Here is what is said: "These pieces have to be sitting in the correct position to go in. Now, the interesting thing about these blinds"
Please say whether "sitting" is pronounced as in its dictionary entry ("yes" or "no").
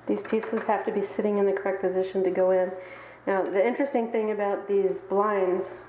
yes